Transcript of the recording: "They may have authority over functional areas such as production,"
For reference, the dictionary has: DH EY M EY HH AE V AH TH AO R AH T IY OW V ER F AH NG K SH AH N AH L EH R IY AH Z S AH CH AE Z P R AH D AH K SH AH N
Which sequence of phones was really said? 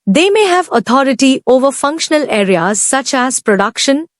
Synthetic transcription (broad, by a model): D EY M EY HH AE V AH T AO R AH T IY OW V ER F AH NG K SH AH N AH L EH R IY AH Z S AH CH AE Z P R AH D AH K SH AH N